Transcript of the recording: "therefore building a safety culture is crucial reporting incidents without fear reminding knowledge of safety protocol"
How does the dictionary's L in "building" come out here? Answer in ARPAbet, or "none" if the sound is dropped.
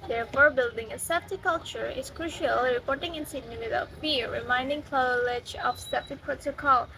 L